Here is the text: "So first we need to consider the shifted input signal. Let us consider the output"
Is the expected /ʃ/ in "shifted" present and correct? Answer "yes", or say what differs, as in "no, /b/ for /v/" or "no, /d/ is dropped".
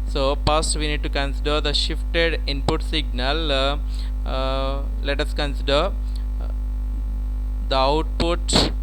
yes